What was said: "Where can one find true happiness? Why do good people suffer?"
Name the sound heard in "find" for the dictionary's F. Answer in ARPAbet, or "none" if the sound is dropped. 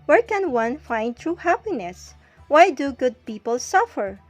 F